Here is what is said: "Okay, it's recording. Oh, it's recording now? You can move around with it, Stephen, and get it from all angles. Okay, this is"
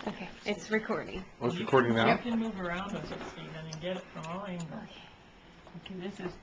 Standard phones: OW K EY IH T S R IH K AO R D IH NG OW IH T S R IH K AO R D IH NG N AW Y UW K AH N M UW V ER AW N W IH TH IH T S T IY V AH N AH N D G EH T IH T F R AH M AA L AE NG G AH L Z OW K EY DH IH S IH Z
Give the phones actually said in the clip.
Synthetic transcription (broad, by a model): OW K EY IH T S R IH K AO R D IH NG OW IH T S R IH K AO R D IH NG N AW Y K AH N M UW V ER AW N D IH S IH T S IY AH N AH N G EH T IH T F R AH M AA L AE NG G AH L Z OW K EY DH IH S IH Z